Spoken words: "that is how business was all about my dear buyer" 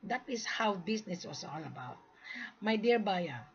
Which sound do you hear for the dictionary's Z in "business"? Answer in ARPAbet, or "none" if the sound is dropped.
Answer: S